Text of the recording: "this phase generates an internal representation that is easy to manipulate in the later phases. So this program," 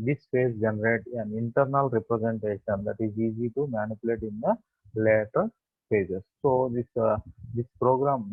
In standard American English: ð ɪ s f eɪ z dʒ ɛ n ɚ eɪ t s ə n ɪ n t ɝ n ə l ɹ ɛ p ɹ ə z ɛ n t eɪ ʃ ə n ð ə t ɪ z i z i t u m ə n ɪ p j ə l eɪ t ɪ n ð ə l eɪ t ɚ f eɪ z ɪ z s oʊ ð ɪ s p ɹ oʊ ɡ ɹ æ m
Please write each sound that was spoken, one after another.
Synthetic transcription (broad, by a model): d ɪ s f eɪ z dʒ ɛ n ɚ eɪ t ə n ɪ n t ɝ n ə l ɹ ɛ p ɹ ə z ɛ n t eɪ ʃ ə n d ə t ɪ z i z i t u m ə n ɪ p j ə l eɪ t ɪ n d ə l eɪ t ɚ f eɪ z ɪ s oʊ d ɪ s p ɹ oʊ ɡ ɹ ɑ m